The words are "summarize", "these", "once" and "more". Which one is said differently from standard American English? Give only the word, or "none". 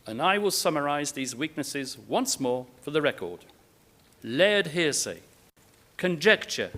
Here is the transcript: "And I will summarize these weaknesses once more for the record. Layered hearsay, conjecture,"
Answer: none